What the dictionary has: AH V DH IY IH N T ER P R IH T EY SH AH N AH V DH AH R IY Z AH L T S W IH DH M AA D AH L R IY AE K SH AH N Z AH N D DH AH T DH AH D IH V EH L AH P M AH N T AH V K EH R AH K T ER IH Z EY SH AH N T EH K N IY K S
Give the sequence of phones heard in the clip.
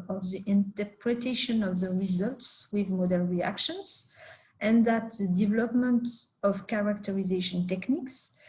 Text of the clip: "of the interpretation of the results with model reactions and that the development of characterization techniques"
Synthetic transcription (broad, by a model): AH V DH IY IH N T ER P R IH T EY SH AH N AH V DH AH R IY Z AH L T S W IH DH M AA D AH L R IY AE K SH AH N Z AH N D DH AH T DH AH D IH V EH L AH P M AH N T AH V K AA R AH K T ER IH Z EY SH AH N T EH K N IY K S